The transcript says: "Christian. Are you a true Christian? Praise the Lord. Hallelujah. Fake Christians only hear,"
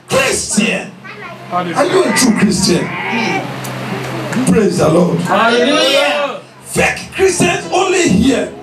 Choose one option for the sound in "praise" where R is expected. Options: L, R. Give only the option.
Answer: R